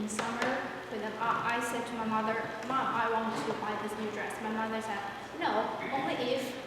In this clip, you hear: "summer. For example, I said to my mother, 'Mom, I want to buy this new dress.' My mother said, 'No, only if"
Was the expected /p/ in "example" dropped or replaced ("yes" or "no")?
yes